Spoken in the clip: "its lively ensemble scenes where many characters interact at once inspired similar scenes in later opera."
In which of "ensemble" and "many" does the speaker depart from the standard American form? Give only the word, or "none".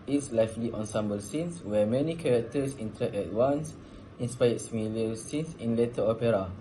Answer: none